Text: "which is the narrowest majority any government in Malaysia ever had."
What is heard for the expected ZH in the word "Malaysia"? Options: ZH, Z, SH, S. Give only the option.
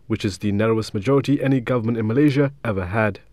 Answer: ZH